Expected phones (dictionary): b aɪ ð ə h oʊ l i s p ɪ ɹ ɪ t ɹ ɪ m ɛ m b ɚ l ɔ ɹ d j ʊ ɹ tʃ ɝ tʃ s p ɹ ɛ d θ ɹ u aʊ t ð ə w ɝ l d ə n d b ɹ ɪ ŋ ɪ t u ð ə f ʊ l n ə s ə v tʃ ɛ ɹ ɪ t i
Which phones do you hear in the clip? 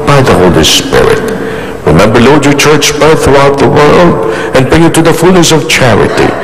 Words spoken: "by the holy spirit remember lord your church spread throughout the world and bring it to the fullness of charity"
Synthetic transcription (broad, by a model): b aɪ ð ə h oʊ l i s p ɪ ɹ ɪ t ɹ ɪ m ɛ m b ɚ l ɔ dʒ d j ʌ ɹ tʃ ɝ tʃ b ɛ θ θ ɹ u aʊ t ð ə w ɝ l d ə n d b ɹ ɪ ŋ ɪ t u ð ə f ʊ l n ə s ə v tʃ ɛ ɹ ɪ t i